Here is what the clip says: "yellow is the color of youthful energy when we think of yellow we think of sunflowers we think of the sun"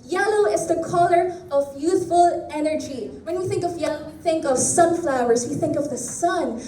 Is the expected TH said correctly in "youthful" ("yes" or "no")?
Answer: yes